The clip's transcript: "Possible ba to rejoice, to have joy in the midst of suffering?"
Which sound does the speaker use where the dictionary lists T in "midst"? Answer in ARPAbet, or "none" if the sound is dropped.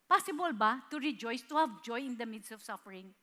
none